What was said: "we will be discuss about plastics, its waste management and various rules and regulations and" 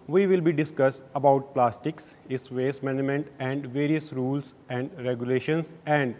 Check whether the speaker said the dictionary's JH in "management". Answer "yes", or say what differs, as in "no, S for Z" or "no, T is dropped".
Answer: no, JH is dropped